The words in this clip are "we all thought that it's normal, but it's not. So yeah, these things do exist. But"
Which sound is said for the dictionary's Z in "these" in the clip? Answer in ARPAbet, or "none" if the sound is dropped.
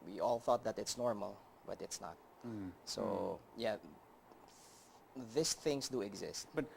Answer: S